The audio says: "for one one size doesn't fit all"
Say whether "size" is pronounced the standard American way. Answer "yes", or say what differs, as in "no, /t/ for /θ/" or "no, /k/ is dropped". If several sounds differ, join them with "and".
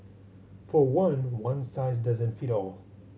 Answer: yes